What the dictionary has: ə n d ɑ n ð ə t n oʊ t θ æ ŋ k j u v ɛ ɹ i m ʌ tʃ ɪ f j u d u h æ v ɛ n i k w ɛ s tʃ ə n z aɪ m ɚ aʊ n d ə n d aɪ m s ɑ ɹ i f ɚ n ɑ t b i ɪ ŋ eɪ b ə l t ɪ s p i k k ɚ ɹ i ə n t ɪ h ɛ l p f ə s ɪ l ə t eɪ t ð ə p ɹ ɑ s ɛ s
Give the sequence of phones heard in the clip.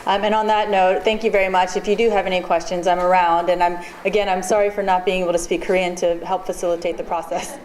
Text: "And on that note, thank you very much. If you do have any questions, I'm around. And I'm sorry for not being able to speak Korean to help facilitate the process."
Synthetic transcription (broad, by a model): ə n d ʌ n ð ə t n oʊ t θ æ ŋ k j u v ɛ ɹ i m ʌ tʃ ɪ f j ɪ d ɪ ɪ v ɛ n i k w ɛ s tʃ ə n z aɪ m ɚ aʊ n d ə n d aɪ m s ɑ ɹ i f ɚ n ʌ t b i ɪ ŋ eɪ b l t ɪ s p i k k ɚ ɹ i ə n t ɪ h ɛ l p f ə s ɪ l ə t eɪ t ð ə p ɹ ɑ s ɛ s